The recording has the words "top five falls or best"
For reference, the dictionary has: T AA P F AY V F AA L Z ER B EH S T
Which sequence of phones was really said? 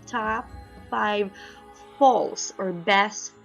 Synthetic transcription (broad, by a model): T AA P F AY V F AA L S ER B EH S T